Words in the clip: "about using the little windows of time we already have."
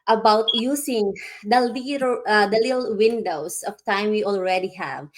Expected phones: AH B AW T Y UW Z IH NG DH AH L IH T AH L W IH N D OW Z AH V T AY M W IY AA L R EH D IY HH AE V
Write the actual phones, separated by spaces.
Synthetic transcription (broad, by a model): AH B AW T Y UW S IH NG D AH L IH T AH L W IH N D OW S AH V T AY M W IY AA L R EH D IY HH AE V